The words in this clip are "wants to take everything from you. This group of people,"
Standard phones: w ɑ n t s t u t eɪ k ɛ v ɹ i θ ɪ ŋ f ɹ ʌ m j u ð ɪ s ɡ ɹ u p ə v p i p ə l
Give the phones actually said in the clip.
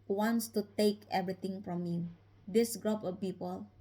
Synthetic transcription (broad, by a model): w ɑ n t s t u t eɪ k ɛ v ɹ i t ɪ ŋ f ɹ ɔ m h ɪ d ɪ s ɡ ɹ u p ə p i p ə l